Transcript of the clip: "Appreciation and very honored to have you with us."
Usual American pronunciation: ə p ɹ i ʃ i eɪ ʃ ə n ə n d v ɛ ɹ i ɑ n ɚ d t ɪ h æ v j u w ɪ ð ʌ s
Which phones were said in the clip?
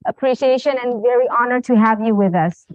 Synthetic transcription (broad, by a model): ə p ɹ i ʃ i eɪ ʃ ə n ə n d v ɛ ɹ i ɑ n ɚ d t ɪ h æ v j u w ɪ ð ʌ s